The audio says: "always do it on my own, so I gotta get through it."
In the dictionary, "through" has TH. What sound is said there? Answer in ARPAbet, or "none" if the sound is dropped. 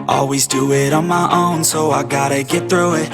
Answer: TH